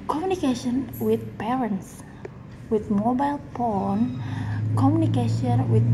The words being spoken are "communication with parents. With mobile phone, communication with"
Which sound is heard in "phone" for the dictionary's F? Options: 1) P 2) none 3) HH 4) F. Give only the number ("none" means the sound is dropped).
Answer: 1